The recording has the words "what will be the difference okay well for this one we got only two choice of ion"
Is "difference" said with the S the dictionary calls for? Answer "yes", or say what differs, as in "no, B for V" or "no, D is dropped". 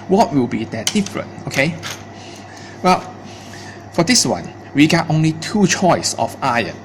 no, S is dropped